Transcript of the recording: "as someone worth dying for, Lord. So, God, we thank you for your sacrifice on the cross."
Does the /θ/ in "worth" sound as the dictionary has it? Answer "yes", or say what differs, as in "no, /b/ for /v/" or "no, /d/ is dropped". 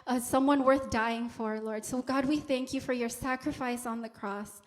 yes